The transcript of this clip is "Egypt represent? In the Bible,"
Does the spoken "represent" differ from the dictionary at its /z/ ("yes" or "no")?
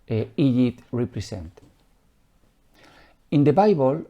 yes